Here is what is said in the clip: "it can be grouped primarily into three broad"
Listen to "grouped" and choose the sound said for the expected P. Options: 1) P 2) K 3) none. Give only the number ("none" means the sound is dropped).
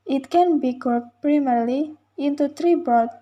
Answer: 3